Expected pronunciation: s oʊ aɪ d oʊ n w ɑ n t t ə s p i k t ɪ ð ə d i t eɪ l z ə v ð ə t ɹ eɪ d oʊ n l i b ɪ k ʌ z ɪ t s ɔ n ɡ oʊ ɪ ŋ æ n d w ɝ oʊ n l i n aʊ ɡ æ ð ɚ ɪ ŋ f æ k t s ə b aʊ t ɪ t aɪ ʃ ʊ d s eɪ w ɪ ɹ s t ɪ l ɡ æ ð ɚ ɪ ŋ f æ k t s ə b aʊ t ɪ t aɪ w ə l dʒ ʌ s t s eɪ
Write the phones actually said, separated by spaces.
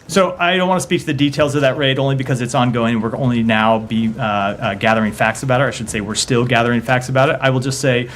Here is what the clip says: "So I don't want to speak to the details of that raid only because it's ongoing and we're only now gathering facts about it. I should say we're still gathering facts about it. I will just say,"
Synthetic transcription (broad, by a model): s oʊ aɪ d oʊ n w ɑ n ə s p i k t ɪ ð ə d i t eɪ l z ə v ð ə t ɹ eɪ d oʊ n l i b ɪ k ʌ z ɪ t s ɔ n ɡ oʊ ɪ ŋ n w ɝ oʊ n l i n aʊ ɡ æ ð ɚ ɪ ŋ f æ k t s ə b aʊ t ɪ t aɪ ʃ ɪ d s eɪ w ɪ ɹ s t ɪ l ɡ æ ð ɚ ɪ ŋ f æ k t s ə b aʊ t ɪ t aɪ w ə l dʒ ʌ s t s eɪ